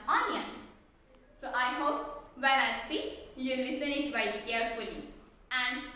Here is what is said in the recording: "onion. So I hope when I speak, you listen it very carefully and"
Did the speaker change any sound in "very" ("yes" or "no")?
yes